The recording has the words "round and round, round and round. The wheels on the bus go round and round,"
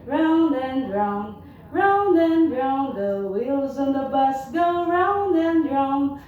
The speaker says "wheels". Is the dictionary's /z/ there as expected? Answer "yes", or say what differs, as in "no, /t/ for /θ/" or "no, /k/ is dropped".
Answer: yes